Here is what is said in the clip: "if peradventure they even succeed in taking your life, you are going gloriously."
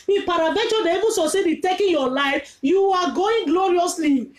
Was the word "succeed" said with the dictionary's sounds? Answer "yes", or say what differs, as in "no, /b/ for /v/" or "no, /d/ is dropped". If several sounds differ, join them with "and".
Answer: no, /k/ is dropped